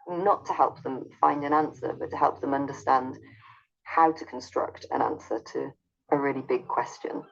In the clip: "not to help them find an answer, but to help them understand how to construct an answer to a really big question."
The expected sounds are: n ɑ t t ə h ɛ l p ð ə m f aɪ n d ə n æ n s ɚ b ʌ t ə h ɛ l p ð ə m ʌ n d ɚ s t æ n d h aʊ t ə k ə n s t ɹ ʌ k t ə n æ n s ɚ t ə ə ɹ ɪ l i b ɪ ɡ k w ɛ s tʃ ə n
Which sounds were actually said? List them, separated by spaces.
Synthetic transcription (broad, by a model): n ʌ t t ə h ɛ l p ð ə m f aɪ n d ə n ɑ n s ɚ b ʌ t ə h ɛ l p ð ə m ʌ n d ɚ s t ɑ n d h aʊ t ə k ə n s t ɹ ʌ k t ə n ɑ n s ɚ t ə ə ɹ ɪ l i b ɪ ɡ k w ɛ s tʃ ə n